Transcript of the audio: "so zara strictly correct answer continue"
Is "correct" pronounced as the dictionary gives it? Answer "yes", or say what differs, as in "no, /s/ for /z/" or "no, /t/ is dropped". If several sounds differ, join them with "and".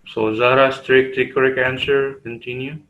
no, /t/ is dropped